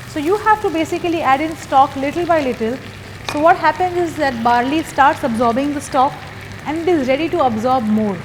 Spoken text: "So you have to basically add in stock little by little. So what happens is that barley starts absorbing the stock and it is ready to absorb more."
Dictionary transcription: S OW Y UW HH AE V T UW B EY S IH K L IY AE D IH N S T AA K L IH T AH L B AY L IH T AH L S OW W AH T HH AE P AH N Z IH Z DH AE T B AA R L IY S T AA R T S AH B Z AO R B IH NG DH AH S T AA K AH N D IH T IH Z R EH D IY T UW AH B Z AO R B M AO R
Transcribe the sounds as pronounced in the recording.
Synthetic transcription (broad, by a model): S OW Y UW HH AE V T UW B EY S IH K L IY AE D IH N S T AA K L IH T AH L B AY L IH T AH L S OW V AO T HH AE P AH N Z IH Z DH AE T B AA R L IY S T AA R T S AH B Z AO R B IH NG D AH S T AA K AH N D IH T IH Z R EH D IY T UW AH B Z AO R B M AO R